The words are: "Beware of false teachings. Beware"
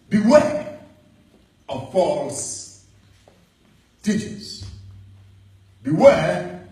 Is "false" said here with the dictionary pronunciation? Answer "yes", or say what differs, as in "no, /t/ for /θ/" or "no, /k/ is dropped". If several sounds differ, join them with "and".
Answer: yes